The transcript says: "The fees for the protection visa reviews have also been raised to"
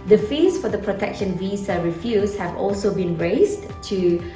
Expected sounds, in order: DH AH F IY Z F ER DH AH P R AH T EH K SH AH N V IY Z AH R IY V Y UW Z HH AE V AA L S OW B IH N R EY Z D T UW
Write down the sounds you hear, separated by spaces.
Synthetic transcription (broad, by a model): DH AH F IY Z F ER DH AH P R AH T EH K SH AH N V IY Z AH R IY F Y UW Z HH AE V AA L S OW B IH N R EY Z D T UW